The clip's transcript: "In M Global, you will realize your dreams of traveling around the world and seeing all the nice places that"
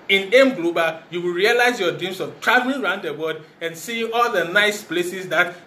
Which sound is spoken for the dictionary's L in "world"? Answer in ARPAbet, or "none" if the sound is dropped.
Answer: none